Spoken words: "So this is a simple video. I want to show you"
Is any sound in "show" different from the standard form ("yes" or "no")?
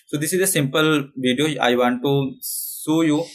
yes